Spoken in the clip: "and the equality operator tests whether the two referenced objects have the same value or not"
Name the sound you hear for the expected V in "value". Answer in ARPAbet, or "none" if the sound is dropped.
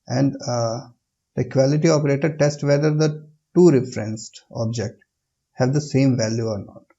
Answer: V